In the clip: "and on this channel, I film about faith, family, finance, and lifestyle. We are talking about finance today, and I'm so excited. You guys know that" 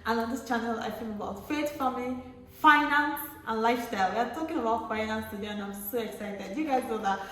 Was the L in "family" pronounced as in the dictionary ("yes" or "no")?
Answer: no